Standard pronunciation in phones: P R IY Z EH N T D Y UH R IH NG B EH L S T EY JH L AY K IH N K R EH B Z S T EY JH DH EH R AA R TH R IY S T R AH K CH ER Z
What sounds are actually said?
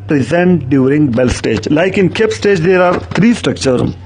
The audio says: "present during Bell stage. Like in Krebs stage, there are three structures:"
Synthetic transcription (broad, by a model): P R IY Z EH N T D Y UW R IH NG B EH L S T EY JH L AY K IH N K EH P S T EY JH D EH R AA R T R IY S T R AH K CH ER